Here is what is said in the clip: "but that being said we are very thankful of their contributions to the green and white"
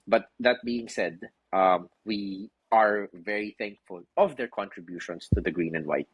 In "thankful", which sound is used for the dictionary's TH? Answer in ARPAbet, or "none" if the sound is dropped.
TH